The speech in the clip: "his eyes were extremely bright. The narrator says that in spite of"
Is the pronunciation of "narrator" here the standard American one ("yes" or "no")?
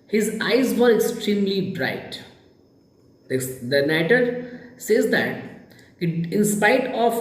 no